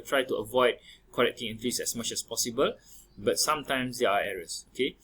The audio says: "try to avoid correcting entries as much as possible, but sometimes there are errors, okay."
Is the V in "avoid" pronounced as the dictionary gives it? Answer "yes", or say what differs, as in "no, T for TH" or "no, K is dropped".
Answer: yes